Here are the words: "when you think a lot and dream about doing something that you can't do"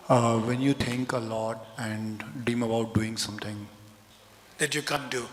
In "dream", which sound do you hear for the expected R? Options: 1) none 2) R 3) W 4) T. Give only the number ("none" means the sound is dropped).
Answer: 1